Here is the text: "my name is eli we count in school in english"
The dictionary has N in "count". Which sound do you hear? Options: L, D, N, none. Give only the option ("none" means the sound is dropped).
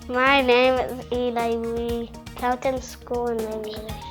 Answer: none